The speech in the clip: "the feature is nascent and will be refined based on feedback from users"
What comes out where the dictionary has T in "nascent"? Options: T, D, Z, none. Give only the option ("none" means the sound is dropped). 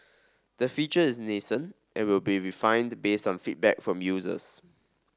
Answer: T